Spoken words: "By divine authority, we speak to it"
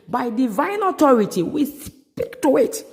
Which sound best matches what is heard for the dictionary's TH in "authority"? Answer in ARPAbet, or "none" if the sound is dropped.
T